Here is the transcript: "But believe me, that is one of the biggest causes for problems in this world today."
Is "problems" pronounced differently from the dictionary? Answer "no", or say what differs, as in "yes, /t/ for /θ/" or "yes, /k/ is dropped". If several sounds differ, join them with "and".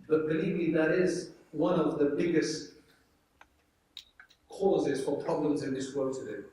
no